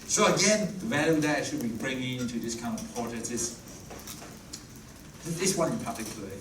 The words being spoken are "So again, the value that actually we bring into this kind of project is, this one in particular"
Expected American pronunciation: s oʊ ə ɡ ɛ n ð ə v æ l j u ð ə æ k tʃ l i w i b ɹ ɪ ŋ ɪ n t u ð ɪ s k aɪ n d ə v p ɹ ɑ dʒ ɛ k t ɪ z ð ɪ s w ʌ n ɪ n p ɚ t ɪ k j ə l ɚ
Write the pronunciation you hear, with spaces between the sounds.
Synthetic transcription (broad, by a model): s oʊ ə ɡ ɛ n ð ə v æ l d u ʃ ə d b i i b ɹ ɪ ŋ ɪ n t u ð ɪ s k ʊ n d ə v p ɑ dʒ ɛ t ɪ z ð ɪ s w ʌ n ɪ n p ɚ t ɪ k j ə l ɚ